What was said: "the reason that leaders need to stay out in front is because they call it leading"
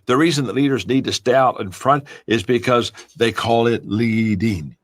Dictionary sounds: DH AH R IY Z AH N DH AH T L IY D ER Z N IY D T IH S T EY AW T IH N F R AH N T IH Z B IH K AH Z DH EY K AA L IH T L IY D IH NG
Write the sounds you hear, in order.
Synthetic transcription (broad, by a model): DH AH R IY Z AH N DH AH T L IY D ER Z N IY D T IH S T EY AW T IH N F R AH N T IH Z B IH K AH Z DH EY K AA L IH T L IY D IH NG